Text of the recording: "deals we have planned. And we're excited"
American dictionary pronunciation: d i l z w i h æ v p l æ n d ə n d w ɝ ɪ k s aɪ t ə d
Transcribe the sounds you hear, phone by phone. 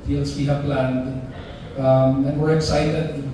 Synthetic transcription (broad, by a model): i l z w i h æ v p l æ n d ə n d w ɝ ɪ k s aɪ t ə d